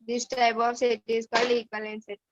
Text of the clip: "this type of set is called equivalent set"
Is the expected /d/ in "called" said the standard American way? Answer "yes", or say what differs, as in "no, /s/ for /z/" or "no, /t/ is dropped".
no, /d/ is dropped